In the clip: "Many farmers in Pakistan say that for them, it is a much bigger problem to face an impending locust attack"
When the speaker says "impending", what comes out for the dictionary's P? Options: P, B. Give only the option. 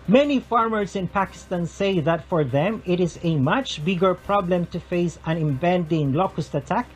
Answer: B